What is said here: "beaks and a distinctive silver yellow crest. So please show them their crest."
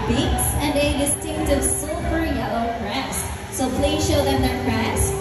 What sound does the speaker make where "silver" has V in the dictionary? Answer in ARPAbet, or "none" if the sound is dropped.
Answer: P